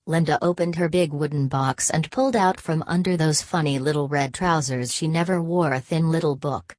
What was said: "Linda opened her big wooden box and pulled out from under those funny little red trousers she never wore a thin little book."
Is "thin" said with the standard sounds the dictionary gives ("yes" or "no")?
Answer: yes